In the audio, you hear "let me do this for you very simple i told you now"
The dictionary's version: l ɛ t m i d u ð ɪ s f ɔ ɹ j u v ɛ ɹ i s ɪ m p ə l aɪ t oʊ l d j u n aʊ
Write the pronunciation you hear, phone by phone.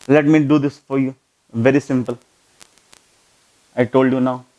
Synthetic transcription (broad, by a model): l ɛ t m i d u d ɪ s f ɔ ɹ j u v ɛ ɹ i s ɪ m p ə l aɪ t oʊ l d j u n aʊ